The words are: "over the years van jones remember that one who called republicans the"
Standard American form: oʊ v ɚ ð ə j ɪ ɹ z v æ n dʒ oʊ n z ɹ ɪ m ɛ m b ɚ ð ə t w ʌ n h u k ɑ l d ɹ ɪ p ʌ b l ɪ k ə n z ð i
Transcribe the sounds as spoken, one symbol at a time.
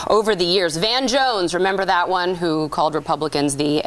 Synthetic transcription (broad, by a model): oʊ v ɚ ð ə j ɪ ɹ z v æ n dʒ oʊ n z ɹ ɪ m ɛ m b ɚ ð ə t w ʌ n h u k ɑ l d ɹ ɪ p ʌ b l ɪ k ə n z ð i